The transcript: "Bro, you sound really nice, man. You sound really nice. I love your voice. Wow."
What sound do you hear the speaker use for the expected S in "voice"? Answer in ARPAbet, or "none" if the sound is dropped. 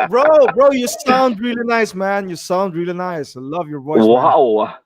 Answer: none